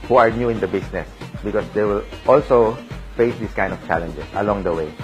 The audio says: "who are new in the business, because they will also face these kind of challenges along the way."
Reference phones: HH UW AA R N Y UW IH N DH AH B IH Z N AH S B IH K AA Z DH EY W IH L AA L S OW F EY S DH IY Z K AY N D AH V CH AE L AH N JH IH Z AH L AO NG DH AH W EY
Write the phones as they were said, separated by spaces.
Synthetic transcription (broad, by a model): HH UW AA R N Y UW IH N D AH B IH S N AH S B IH K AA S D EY W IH L AA L S OW F EY S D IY S K AY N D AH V CH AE L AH N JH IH S AH L AO NG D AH W EY